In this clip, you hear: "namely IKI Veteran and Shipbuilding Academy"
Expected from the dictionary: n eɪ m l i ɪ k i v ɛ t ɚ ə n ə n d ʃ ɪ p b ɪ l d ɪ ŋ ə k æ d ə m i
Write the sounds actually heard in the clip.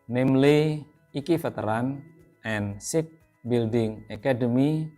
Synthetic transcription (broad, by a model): n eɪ m l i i k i f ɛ t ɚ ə n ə n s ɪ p b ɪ l d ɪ ŋ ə k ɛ d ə m i